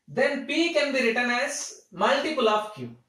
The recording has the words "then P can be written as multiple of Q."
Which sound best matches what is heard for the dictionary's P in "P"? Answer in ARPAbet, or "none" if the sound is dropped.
P